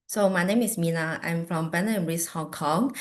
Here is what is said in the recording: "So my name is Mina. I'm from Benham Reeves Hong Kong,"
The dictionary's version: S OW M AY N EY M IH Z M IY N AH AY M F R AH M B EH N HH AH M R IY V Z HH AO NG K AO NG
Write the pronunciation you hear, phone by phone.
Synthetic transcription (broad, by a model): S OW M AY N EY M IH S M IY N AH AY M F R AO M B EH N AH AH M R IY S HH AO NG K AO NG